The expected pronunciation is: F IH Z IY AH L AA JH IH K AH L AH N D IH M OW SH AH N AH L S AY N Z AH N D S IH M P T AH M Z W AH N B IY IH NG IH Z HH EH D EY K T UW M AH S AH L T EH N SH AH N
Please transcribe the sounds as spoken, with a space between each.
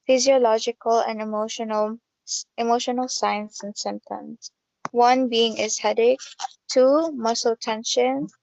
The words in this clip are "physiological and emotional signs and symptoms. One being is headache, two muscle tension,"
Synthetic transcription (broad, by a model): F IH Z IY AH L AA JH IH K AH L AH N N IH M OW SH AH N AH L S AY N S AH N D S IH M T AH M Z W AH N B IY IH NG IH Z HH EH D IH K T UW M AH S AH L T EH N SH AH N